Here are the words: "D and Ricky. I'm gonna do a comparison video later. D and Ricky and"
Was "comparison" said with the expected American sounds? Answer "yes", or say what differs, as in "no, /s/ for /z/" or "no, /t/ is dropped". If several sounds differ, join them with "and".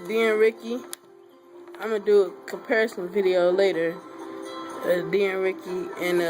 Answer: yes